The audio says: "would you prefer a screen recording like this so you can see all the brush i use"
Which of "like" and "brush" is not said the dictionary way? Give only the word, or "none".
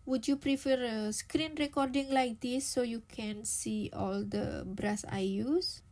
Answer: brush